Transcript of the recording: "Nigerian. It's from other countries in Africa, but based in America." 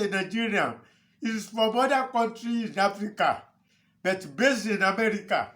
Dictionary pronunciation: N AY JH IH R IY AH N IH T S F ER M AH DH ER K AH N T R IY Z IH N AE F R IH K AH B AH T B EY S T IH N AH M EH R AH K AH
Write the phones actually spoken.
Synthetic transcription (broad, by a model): N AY JH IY R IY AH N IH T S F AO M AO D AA K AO N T R IY IH N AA F R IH K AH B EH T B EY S IH N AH M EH R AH K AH